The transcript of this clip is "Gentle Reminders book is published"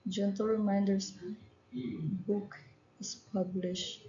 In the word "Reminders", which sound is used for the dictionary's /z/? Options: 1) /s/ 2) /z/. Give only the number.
1